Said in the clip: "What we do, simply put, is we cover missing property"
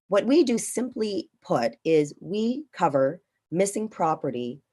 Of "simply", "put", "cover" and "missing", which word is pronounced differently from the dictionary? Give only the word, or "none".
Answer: none